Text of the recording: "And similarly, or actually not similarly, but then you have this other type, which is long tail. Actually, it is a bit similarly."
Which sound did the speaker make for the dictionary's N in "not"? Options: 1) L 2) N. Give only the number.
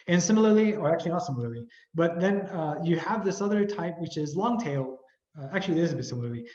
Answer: 1